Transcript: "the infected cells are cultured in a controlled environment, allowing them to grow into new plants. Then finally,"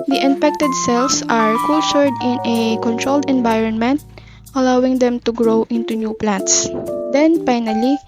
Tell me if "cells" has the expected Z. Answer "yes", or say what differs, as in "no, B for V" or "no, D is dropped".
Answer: no, S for Z